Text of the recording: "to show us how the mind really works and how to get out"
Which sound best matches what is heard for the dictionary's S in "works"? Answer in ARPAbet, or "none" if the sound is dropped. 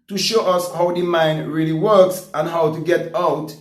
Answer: S